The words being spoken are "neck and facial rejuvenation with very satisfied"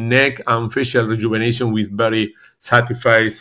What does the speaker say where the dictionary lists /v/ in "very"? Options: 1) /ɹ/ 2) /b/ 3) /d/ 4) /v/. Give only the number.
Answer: 2